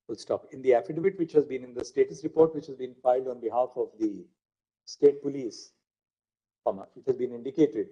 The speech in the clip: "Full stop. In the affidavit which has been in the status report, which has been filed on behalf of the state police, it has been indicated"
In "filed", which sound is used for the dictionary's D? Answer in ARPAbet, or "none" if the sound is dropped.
D